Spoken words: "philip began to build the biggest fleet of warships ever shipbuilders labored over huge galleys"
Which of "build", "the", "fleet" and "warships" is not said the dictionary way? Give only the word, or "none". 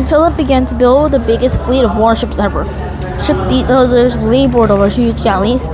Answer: none